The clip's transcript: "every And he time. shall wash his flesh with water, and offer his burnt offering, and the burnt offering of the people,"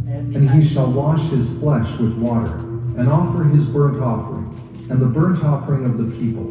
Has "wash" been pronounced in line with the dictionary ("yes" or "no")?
yes